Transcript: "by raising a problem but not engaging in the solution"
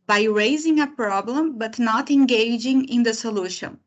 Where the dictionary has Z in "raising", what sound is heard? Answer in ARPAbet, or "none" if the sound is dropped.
Z